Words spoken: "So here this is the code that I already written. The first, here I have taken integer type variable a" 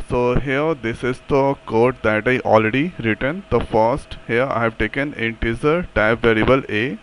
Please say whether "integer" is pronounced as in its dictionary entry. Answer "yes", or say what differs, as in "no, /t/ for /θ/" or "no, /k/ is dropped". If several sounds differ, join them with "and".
no, /z/ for /dʒ/